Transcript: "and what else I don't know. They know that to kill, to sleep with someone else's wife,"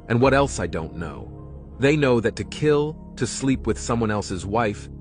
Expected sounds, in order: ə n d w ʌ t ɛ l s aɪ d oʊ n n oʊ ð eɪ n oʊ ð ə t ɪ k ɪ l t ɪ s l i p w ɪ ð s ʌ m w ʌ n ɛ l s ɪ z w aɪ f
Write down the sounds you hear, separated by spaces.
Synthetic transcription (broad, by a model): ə n w ʌ t ɛ l s aɪ d oʊ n n oʊ ð eɪ n oʊ ð ə t ɪ k ɪ l t ɪ s l i p w ɪ ð s ʌ m w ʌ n ɛ l s ɪ z w aɪ f